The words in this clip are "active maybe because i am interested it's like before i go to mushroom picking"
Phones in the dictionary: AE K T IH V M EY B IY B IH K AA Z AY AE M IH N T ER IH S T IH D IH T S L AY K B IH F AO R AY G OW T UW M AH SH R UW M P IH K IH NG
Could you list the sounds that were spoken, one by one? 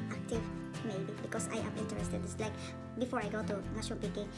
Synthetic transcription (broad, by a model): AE K T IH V M EY B IY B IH K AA S AY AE M IH N T ER IH S T IH D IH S L AY K B IH F AO R AY G OW T UW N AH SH UW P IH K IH